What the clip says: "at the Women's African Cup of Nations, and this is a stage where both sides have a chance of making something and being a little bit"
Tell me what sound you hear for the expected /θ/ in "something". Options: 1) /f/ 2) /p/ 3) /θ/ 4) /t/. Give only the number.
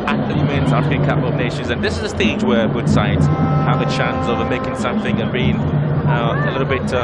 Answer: 3